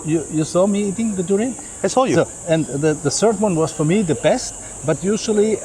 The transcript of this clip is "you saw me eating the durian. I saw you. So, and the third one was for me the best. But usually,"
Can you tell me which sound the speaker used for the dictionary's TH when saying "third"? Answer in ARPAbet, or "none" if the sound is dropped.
S